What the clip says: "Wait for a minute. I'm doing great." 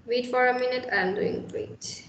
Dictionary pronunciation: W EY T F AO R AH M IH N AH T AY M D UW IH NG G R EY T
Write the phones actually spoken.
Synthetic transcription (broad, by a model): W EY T F AO R AH M IH N AH T AY M D UW IH NG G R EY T